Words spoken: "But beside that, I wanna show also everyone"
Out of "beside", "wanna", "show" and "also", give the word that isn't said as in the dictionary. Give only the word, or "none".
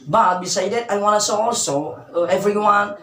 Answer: show